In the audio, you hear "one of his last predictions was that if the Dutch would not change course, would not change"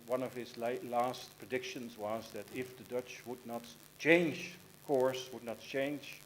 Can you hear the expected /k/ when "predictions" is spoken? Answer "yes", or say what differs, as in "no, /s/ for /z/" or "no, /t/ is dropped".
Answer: yes